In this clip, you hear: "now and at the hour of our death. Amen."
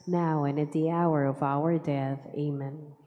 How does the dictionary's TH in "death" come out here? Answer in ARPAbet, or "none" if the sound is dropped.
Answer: TH